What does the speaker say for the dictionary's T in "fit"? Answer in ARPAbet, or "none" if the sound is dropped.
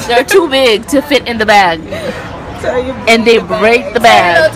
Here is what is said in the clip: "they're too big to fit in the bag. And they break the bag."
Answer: T